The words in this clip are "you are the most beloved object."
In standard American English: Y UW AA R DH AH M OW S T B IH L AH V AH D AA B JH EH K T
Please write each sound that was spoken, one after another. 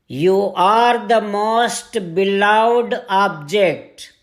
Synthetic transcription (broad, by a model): Y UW AA R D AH M OW S T B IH L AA AH D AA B JH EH K T